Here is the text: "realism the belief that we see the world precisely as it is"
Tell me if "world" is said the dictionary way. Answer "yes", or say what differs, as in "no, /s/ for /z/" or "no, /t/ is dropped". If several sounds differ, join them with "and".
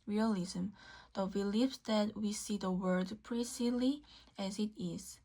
no, /l/ is dropped